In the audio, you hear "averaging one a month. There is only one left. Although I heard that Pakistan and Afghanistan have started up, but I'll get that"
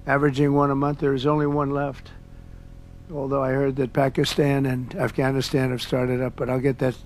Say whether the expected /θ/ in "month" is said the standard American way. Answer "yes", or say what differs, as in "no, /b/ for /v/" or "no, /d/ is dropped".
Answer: yes